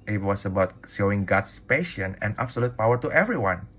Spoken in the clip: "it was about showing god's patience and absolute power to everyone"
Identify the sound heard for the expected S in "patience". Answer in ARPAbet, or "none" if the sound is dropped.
none